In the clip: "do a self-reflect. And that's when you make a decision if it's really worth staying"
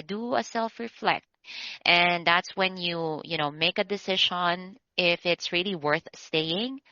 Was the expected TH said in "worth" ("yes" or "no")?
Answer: yes